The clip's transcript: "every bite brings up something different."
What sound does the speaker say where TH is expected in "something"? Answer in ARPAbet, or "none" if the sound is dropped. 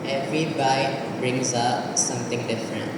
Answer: T